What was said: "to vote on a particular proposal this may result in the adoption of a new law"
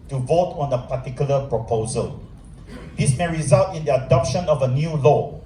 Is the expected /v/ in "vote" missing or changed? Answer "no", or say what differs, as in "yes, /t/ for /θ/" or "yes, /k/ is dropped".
no